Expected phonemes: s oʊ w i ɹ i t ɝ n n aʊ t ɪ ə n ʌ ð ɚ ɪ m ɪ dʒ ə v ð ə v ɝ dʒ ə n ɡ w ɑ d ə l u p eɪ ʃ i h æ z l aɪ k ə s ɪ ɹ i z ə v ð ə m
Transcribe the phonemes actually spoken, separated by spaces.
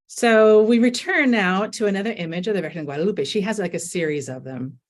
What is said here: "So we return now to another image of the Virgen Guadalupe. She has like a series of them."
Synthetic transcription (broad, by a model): s oʊ w i ɹ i t ɝ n n aʊ t ɪ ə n ʌ ð ɚ ɪ m ɪ dʒ ə v ð ə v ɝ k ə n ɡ w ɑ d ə l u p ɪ ʃ i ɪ z l aɪ k ə s ɪ ɹ i z ə v ð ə m